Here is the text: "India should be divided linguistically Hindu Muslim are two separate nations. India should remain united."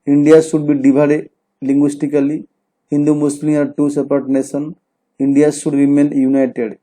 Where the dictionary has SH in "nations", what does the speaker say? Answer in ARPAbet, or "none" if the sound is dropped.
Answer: S